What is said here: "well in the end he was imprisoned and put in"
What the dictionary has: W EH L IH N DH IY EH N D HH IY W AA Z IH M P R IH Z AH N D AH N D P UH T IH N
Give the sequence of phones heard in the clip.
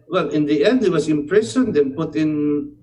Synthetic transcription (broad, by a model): W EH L IH N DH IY EH N D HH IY W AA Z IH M P R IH S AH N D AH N P UH T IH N